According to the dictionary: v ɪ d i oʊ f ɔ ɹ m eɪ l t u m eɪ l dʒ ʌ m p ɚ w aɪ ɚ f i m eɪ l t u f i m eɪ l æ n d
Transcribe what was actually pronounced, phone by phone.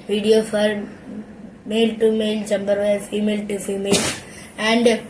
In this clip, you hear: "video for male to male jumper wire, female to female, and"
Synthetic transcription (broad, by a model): v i d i oʊ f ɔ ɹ m eɪ l t u m eɪ l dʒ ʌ m b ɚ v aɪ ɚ f i m eɪ l t u f i m eɪ l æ n d